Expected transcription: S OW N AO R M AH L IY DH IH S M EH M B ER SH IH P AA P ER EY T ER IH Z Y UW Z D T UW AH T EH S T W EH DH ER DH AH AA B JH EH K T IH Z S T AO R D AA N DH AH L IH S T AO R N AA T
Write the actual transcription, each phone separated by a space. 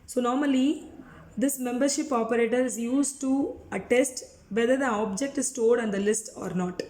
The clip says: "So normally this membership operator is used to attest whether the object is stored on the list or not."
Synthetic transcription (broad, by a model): S OW N AO R M AH L IY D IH S M EH M B ER SH IH P AA P ER EY T ER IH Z Y UW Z T UW AH T EH S T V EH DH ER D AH AA B JH EH K T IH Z S T AO L D AA N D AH L IH S T AO R N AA T